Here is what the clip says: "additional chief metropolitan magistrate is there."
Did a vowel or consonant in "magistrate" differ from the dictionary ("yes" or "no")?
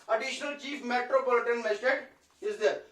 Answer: yes